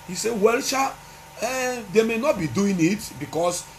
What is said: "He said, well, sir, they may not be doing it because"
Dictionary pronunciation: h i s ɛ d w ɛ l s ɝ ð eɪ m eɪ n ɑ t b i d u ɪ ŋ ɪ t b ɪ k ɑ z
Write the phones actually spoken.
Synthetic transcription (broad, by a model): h i s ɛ w ɛ l ʃ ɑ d eɪ m eɪ n ɑ t b i d u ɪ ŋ ɪ t b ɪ k ɑ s